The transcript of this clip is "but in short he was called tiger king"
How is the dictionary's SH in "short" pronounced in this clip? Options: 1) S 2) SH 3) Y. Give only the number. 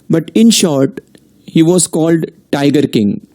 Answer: 2